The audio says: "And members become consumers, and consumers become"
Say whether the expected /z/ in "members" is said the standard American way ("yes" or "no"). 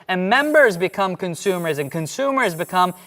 yes